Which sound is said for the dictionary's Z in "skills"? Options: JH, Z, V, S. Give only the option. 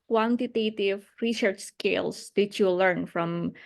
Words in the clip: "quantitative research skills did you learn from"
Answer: S